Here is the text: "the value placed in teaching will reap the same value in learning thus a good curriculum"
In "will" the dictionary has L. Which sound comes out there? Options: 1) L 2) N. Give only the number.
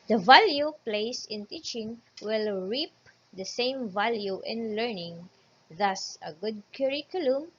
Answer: 1